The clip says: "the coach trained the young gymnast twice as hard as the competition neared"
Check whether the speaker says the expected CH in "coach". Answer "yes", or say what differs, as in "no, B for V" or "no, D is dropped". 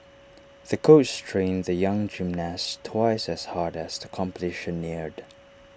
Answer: no, S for CH